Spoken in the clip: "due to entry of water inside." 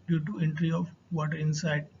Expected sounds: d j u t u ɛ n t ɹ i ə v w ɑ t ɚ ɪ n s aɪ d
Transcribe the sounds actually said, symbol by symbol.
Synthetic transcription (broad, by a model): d j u t u ɛ n t ɹ i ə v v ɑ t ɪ n s aɪ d